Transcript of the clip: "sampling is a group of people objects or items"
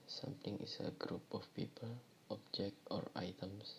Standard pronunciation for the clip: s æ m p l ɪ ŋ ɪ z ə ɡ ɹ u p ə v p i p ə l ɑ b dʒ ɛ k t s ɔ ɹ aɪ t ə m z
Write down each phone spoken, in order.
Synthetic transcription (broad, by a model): s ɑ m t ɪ ŋ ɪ s ə ɡ ɹ u p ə f p i p ə l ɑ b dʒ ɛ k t ɔ ɹ aɪ t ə m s